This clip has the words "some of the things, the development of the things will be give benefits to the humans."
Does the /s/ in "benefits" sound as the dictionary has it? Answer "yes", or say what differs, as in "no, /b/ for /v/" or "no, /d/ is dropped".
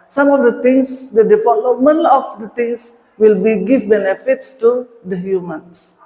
yes